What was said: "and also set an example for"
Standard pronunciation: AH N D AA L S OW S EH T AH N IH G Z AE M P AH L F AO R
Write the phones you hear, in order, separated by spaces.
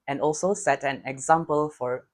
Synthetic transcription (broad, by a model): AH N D AA L S OW S EH T AH N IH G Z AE M P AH L F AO R